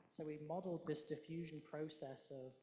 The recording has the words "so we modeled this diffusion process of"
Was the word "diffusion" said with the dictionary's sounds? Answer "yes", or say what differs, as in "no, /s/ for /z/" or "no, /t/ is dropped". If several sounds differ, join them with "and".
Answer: yes